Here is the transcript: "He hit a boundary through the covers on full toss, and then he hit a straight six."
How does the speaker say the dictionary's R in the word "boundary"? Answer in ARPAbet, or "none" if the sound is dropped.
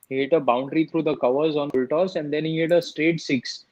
R